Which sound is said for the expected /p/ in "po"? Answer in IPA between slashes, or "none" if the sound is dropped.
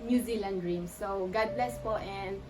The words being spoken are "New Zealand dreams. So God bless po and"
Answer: /f/